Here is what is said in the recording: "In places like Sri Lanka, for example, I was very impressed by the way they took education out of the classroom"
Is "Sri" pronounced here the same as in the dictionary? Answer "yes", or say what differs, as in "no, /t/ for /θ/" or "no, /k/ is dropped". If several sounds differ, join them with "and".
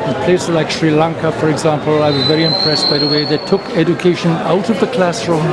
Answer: yes